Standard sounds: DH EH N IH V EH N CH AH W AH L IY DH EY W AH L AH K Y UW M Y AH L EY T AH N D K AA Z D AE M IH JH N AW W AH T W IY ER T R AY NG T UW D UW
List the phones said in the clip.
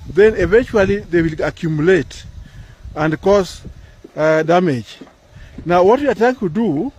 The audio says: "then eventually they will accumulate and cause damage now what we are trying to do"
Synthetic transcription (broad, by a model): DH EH N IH V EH N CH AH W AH L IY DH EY W AH L AH K Y UW M Y AH L EY T AH N D K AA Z D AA M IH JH N AW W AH T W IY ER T AY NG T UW D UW